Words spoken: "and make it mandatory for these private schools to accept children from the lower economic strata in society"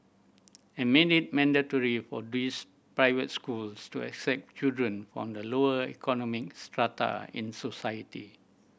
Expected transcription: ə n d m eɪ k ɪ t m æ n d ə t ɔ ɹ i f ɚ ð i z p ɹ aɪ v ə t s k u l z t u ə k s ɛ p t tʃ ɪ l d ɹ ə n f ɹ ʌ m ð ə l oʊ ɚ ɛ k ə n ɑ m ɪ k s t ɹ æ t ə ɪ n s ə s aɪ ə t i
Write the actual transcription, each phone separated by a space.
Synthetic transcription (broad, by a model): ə m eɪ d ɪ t m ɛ n d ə t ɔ ɹ i f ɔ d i s p ɹ aɪ v ə t s k u l s t u ə k s ɛ p t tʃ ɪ l d ɹ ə n f ɹ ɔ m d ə l oʊ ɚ ɛ k ə n ɑ m ɪ k s t ɹ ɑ t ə ɪ n s ə s aɪ ə t i